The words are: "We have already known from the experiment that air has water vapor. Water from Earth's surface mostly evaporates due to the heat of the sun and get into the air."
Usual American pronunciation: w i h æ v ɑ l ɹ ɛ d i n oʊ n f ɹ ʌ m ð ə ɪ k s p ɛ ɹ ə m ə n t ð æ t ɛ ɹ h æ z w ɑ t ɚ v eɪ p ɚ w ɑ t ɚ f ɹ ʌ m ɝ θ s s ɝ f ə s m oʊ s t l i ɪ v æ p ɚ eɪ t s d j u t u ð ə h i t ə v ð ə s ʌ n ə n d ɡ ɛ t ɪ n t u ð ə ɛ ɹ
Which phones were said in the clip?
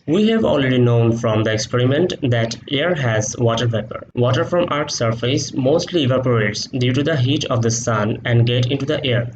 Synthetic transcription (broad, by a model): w i h æ v ɑ l ɹ ɛ d i n oʊ n f ɹ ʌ m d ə ɪ k s p ɛ ɹ ə m ə n t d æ t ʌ ɹ h æ z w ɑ t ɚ p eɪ p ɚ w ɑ t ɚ f ɹ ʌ m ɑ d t s ɝ f ə s m oʊ s t l i ɪ v æ p ɚ eɪ t s d j u t u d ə h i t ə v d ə s ʌ n ə n d ɡ ɛ t ɪ n t u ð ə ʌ ɹ